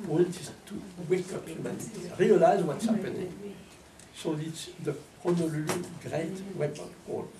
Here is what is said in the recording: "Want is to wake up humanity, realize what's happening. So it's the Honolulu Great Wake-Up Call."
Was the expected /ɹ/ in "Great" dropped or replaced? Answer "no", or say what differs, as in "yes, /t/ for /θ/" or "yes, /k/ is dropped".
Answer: no